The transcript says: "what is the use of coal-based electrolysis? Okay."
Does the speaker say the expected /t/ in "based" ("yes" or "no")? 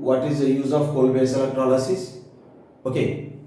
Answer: no